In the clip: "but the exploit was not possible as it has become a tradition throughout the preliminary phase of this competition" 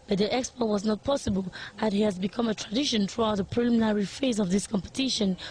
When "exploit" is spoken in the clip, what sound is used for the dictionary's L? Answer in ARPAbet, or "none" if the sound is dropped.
none